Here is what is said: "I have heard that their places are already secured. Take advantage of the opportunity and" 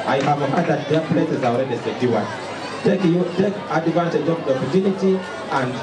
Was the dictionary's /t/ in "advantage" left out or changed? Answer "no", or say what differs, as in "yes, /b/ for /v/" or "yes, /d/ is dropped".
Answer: yes, /s/ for /t/